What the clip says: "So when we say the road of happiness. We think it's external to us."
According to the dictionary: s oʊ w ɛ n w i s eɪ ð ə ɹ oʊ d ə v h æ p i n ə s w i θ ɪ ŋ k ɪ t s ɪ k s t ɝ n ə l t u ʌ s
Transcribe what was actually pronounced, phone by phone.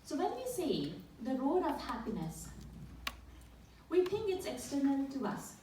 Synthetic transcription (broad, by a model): s oʊ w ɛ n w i s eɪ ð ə ɹ oʊ d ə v h æ p i n ə s w i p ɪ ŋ ɪ t s ɪ k s t ɝ n ə l t u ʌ s